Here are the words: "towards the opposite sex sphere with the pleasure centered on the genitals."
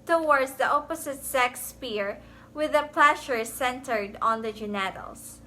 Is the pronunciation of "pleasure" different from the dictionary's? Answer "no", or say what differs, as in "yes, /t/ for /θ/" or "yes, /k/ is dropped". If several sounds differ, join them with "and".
yes, /ʃ/ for /ʒ/